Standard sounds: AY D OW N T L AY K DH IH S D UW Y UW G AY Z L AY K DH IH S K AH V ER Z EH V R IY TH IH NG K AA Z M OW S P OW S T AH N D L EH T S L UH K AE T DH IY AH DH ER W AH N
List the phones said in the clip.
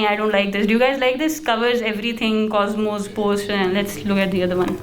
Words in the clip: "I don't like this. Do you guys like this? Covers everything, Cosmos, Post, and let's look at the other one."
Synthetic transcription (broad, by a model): AY D OW N T L AY K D IH S D UW Y UW G AY Z L AY K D IH S K AH V ER Z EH V R IY T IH NG K AA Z M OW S P OW S T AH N L EH T S L UH K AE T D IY AH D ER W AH N